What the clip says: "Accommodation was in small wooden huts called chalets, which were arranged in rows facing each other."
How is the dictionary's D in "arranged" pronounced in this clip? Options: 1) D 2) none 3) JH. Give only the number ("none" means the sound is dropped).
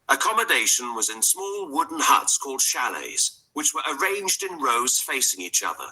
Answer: 1